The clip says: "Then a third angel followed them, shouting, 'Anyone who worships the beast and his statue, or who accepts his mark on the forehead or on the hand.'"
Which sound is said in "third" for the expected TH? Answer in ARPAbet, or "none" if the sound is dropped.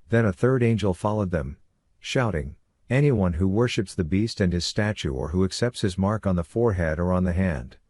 TH